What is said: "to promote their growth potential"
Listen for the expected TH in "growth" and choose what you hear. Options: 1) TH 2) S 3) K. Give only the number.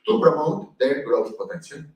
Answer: 2